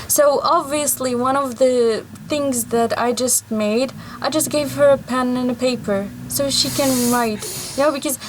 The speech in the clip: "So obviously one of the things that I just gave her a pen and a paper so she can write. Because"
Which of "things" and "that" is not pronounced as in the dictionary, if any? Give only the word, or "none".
none